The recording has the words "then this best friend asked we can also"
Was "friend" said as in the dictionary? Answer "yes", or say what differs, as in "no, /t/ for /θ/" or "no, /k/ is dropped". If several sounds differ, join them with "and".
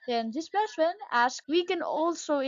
no, /d/ is dropped